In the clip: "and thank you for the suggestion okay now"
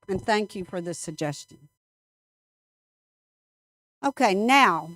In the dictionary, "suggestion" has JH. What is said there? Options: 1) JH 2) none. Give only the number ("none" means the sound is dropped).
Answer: 1